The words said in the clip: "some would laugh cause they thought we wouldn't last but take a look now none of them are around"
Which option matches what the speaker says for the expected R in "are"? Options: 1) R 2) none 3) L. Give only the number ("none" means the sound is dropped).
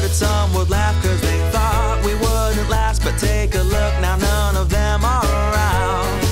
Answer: 3